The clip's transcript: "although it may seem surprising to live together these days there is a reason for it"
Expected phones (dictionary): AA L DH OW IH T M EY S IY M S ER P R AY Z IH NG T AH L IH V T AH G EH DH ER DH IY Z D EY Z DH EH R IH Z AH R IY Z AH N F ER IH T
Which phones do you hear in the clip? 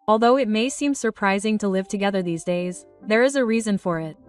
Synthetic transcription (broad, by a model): AA L DH OW IH T M EY S IY M S ER P R AY Z IH NG T AH L IH V T AH G EH DH ER DH IY Z D EY Z DH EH R IH Z AH R IY Z AH N F ER IH T